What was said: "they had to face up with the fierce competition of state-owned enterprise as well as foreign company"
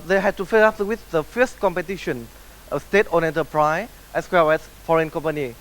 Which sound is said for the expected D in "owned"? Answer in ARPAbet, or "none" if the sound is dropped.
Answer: none